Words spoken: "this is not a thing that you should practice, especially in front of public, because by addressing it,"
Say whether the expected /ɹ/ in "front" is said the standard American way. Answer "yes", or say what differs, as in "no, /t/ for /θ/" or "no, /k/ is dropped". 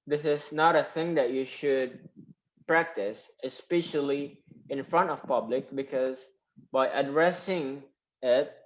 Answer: yes